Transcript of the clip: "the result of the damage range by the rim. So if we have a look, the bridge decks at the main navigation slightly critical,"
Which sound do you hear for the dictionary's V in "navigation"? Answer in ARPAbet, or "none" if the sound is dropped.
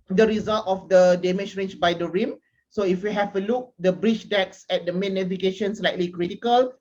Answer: F